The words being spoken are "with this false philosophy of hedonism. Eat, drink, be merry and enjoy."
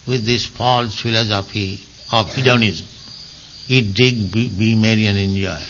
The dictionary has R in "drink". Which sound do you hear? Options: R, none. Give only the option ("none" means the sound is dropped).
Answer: none